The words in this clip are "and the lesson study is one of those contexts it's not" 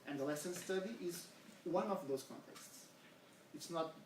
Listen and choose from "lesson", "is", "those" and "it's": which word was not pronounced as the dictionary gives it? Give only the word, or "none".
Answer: none